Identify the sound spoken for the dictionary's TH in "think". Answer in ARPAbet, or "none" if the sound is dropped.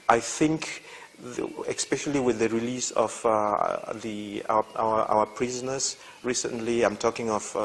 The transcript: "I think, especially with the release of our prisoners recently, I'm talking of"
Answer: TH